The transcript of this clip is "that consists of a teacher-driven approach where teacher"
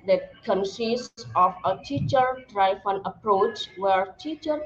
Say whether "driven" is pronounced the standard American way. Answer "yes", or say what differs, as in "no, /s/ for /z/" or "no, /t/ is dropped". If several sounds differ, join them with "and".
no, /f/ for /v/